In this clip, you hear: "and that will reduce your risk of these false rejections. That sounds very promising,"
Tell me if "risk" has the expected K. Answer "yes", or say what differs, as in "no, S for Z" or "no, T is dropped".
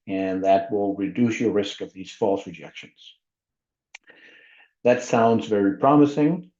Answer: yes